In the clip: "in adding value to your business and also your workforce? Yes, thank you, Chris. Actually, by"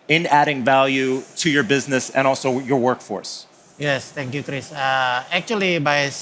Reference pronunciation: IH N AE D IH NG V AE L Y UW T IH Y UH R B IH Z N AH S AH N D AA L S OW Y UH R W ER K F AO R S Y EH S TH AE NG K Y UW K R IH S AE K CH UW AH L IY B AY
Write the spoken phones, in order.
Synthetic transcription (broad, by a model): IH N AE D IH NG V AE L Y UW T IH Y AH R B IH Z N AH S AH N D AA L S OW Y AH R W ER K F AO R S Y EH S T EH NG K Y UW K R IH S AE K CH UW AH L IY B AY